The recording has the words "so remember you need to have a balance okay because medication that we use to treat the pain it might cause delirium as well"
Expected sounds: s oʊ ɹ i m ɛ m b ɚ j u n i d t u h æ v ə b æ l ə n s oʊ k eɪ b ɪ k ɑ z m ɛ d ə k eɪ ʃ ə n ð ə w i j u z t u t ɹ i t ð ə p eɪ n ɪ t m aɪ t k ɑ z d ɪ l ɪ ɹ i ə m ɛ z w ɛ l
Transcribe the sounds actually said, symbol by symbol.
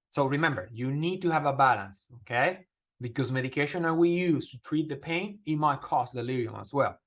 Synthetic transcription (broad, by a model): s oʊ ɹ i m ɛ m b ɚ j u n i d t u h æ v ə b æ l ə n s oʊ k eɪ b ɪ k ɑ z m ɛ d ə k eɪ ʃ ə n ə w i j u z t u t ɹ i t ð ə p eɪ n ɪ t m aɪ t k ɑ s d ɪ l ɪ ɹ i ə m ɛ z w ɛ l